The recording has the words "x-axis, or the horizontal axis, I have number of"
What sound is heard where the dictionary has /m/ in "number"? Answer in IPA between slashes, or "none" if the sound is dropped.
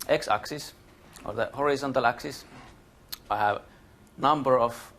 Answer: /m/